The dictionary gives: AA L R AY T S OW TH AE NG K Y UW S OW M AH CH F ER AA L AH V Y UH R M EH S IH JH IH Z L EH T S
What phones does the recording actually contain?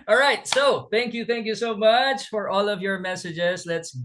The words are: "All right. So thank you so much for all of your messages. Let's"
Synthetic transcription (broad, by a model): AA L R AY T S OW TH AE NG K Y UW S OW M AH CH F ER AA L AH V Y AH R M EH S IH JH IH Z L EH T S